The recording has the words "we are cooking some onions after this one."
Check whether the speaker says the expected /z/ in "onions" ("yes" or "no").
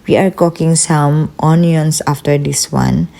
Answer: no